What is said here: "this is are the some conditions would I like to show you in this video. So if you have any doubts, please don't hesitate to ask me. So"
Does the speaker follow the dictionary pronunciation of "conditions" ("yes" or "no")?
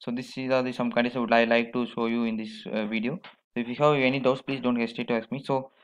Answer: no